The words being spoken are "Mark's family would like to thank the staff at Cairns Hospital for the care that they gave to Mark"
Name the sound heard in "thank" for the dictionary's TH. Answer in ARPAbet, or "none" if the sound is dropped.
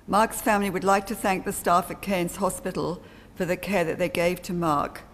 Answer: TH